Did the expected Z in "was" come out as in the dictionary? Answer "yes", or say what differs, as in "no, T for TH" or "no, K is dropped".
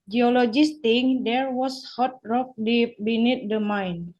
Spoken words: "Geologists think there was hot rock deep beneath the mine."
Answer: no, S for Z